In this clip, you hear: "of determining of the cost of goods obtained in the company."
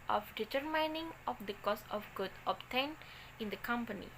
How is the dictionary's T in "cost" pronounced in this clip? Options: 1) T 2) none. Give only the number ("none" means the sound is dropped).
2